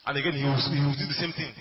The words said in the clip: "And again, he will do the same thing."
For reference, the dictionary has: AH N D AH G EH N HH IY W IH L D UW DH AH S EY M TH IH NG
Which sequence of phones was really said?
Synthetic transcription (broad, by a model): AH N AH G EH N HH IY W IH W D UW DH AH S EY M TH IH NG